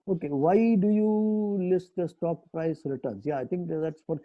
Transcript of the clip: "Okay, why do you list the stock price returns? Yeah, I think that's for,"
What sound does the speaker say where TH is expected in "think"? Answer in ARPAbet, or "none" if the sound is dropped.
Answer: T